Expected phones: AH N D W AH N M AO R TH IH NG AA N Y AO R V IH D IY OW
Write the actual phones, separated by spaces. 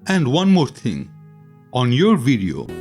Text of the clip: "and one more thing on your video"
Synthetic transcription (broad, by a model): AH N D W AH N M AO R T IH NG AA N Y AO R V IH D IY OW